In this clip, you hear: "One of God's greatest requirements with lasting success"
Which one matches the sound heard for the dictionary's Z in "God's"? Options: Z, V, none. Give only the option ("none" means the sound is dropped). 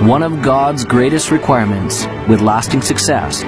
Z